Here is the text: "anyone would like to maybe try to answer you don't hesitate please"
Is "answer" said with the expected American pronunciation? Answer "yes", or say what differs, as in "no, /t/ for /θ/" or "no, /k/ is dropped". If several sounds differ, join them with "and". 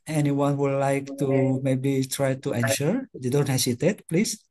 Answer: no, /ʃ/ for /s/